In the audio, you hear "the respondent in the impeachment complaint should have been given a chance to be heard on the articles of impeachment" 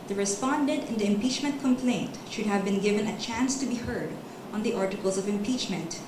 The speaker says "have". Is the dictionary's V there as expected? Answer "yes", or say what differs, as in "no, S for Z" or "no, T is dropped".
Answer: yes